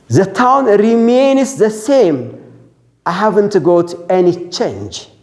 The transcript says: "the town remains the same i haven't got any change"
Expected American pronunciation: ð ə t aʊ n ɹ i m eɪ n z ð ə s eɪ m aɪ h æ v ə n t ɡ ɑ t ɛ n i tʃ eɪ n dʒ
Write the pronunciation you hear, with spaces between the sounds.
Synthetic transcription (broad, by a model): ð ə t aʊ n ɹ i m eɪ n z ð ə s eɪ m aɪ h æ v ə n t ɡ ɑ t ɛ n i tʃ eɪ n dʒ